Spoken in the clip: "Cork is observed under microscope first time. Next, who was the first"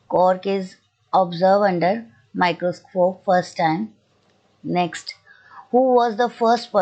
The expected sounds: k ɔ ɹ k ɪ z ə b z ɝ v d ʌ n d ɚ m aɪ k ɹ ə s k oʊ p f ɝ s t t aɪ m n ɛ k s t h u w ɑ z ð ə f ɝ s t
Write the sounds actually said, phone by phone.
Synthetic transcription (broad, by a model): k ɔ ɹ k ɪ z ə b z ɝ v ʌ n d ɚ m aɪ k ɹ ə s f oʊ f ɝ s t t aɪ m n ɛ k s t h u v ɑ z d ə f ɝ s t